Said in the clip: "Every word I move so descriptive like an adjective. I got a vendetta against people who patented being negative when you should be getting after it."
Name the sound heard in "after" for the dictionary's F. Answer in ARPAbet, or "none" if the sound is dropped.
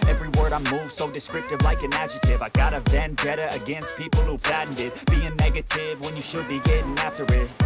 F